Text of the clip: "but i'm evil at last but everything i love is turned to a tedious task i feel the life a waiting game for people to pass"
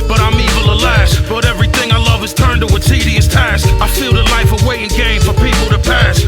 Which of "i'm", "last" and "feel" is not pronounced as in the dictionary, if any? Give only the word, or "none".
none